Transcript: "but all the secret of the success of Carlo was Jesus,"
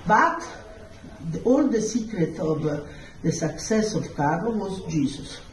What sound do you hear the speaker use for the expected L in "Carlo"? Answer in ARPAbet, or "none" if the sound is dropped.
none